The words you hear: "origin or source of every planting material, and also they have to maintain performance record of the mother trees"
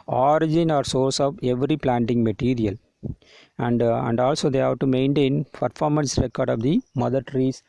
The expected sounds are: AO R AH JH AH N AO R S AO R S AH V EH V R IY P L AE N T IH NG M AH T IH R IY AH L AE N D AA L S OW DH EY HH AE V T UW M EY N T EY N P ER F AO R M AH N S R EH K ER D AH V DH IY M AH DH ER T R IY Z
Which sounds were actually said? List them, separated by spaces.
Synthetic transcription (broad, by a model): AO R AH JH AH N AO R S AO R S AH V EH V R IY P L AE N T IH NG M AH T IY R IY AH L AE N D AA L S OW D EY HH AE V T UW M EY N T EY N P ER F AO R M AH N S R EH K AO D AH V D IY M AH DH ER T R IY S